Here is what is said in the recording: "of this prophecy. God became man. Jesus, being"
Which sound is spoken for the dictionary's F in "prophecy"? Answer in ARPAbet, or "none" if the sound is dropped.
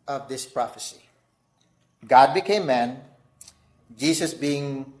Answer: F